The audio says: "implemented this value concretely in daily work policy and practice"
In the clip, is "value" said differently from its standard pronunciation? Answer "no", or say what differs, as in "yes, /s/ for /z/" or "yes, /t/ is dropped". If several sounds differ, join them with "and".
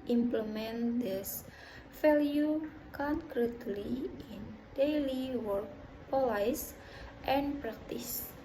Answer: yes, /f/ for /v/